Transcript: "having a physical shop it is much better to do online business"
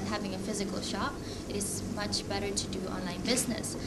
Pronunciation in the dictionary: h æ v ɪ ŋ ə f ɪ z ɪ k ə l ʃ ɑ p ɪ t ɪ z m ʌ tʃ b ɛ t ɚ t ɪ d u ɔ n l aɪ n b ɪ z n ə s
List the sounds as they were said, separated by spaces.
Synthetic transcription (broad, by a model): h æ v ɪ ŋ ə f ɪ z ɪ k ə l ʃ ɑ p ɪ t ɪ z m ʌ tʃ b ɛ t ɚ t ɪ d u ɔ n l aɪ n b ɪ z n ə s